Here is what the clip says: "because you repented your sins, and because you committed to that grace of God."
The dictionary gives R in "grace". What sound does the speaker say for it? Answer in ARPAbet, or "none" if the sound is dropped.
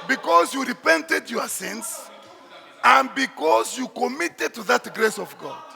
R